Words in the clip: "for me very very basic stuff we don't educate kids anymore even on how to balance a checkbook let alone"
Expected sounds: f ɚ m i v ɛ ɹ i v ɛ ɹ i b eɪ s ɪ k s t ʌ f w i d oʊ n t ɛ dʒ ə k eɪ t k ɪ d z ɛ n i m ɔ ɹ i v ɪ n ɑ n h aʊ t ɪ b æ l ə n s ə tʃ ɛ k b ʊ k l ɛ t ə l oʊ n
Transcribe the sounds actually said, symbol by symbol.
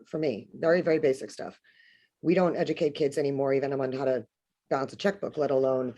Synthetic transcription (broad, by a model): f ɚ m i v ɛ ɹ i v ɛ ɹ i b eɪ s ɪ k s t ʌ f w i d oʊ n t ɛ dʒ ə k eɪ t k ɪ d z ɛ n i m ɔ ɹ i v ɪ n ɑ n h aʊ t ɪ b æ l ə n s ə tʃ ɛ k b ʊ k l ɛ t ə l oʊ n